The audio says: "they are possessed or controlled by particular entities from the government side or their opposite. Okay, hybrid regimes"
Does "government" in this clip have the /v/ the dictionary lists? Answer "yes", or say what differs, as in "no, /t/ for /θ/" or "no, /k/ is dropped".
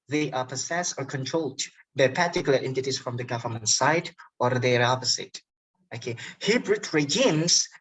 yes